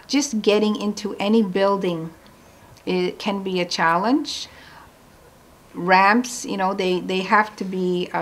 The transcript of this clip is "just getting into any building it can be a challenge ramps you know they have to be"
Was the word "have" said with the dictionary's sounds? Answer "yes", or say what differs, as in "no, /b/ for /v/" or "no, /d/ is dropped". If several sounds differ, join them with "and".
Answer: no, /f/ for /v/